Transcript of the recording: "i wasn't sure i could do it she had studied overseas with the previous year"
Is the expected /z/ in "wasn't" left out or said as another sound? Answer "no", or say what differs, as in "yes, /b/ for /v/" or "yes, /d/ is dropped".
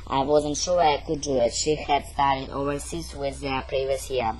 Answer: no